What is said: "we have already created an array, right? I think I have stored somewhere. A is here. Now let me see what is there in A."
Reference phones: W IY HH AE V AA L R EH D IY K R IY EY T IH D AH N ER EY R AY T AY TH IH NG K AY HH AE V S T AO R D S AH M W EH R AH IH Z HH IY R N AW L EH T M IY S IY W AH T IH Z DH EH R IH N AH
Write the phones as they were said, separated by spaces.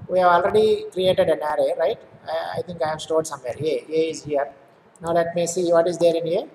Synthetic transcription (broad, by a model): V IY HH AE V AA L R EH D IY K R IY EY T IH D AH N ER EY R AY T AY T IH NG K AY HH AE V S T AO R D S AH M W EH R AH IH Z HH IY R N AW L EH T M IY S IY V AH T IH Z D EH R IH N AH